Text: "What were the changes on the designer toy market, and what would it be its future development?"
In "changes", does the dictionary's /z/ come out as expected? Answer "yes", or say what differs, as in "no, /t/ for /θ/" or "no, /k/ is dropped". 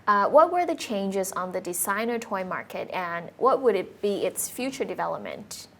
yes